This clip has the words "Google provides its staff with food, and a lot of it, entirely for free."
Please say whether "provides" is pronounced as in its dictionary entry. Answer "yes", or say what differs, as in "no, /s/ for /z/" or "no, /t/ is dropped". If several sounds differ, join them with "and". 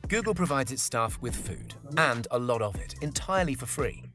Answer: yes